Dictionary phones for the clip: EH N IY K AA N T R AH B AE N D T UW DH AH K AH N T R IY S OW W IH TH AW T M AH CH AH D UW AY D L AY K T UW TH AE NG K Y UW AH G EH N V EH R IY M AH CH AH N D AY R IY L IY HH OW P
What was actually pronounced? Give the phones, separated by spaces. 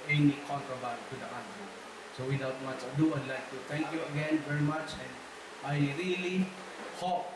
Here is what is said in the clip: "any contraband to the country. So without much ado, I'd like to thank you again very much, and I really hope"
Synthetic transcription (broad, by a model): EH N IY K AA N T R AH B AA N T UW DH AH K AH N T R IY S OW W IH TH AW T M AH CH AH D UW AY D L AY K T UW T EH NG K Y UW AH G EH N V EH R IY M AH CH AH N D AY R IY L IY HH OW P